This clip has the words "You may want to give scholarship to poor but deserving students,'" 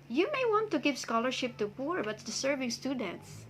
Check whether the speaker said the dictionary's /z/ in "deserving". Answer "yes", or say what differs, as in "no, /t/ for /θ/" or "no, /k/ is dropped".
no, /s/ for /z/